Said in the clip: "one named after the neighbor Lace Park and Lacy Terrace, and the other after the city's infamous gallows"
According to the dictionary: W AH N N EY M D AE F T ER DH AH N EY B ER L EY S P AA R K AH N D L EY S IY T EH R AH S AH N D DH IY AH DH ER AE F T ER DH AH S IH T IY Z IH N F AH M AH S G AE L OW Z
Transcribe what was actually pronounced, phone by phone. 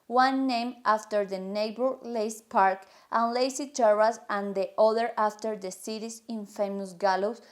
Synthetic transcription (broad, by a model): W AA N N EY M AA F T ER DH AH N EY B ER L EY S P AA R K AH N L EY S IY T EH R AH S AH N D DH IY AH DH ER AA F T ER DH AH S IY T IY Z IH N F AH M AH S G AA L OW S